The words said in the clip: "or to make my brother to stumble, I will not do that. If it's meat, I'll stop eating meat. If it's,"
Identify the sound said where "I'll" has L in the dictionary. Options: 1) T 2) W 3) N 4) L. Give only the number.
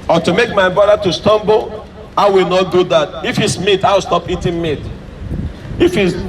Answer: 2